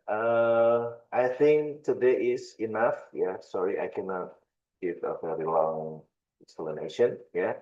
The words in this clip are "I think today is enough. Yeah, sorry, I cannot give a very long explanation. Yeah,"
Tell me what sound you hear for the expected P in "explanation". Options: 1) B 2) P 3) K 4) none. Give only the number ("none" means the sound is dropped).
4